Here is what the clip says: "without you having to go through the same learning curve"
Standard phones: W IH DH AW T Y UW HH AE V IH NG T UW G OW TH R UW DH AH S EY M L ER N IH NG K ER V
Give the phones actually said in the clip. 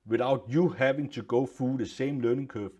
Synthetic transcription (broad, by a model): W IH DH AW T Y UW HH AE V IH NG T UW G OW F R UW DH AH S EY M L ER N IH NG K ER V